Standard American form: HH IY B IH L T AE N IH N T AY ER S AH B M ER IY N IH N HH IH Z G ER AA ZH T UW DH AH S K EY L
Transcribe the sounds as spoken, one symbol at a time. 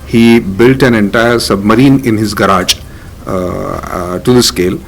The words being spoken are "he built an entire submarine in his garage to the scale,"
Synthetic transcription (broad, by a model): HH IY B IH L T AE N IH N T AY ER S AH B M ER IY N IH N HH IH Z G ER AA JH T UW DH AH S K EY L